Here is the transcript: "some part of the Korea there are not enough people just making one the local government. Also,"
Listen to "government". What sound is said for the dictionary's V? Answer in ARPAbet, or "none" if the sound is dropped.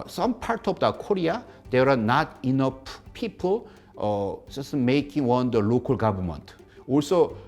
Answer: B